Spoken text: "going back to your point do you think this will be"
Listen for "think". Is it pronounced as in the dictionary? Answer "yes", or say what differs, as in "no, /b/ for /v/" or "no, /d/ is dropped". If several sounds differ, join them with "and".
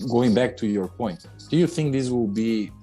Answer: yes